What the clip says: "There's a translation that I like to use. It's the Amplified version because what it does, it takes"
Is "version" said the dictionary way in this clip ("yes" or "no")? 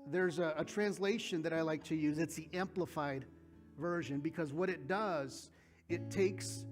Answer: yes